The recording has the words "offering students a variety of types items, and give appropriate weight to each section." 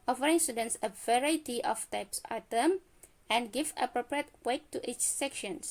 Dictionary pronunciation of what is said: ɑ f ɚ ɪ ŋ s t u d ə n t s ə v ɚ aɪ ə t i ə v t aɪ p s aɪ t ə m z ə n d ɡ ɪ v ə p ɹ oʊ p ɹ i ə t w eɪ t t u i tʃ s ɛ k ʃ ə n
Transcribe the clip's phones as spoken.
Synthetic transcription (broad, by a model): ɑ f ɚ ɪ ŋ s t u d ə n t s ə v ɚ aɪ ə t i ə f t aɪ p s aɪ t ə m ə n ɡ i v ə p ɹ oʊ p ɹ i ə t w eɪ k t u i tʃ s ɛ k ʃ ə n